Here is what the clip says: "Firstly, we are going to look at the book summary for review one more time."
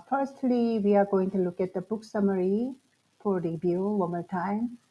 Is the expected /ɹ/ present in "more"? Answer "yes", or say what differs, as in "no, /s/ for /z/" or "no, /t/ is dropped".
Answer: no, /l/ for /ɹ/